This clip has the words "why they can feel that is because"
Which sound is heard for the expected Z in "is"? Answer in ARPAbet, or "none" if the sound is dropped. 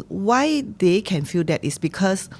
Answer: S